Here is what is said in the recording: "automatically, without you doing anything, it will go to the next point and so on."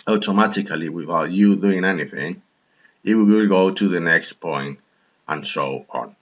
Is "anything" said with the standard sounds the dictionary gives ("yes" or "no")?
yes